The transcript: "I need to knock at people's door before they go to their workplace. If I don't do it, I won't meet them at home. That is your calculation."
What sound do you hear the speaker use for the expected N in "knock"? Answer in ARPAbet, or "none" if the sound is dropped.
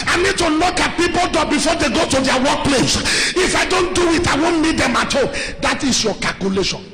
L